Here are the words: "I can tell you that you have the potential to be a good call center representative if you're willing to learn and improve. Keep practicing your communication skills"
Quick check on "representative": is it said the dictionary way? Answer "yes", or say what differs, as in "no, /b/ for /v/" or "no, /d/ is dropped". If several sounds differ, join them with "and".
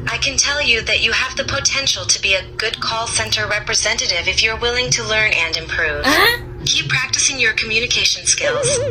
yes